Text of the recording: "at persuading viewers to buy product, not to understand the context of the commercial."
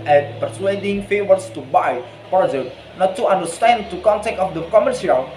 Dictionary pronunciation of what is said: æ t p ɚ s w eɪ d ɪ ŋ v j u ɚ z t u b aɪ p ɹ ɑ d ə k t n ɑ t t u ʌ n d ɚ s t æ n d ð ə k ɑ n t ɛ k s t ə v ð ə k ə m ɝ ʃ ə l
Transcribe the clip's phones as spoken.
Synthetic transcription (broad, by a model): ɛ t p ɚ s w eɪ d ɪ ŋ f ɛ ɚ s t u b aɪ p ɹ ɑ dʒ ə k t n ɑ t t u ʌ n d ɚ s t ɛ n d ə k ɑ n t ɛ k t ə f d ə k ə m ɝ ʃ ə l